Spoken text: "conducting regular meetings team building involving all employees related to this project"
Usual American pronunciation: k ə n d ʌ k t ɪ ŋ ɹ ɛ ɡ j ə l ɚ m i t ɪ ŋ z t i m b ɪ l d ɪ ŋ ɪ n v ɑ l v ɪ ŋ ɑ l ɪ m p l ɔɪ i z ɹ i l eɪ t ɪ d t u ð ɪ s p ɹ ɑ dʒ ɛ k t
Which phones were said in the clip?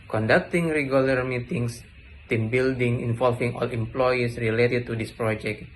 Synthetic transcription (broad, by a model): k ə n d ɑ k t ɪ ŋ ɹ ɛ ɡ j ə l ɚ m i t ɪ ŋ s t i m b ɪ l d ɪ ŋ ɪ n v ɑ l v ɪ ŋ ɑ l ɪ m p l ɔɪ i s ɹ i l eɪ t ɪ d t u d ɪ s p ɹ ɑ dʒ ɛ k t